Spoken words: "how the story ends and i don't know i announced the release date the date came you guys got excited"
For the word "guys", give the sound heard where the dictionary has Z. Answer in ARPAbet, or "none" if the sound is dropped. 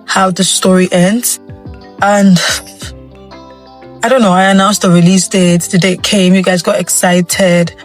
Z